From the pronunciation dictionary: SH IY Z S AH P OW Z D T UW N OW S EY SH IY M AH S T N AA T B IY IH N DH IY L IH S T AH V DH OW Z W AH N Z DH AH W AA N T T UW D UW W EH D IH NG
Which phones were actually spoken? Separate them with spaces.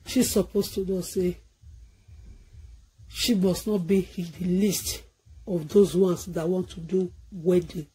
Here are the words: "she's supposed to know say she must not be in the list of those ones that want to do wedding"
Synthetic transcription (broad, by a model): SH IY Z S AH P OW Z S T UW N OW S EY SH IY M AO S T N AA T B IY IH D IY L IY S T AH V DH OW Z W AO N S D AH W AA N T T UW D UW W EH D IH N